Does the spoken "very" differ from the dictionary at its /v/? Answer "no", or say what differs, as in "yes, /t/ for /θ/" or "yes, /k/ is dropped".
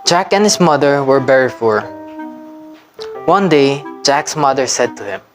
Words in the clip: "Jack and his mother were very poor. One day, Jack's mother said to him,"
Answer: yes, /b/ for /v/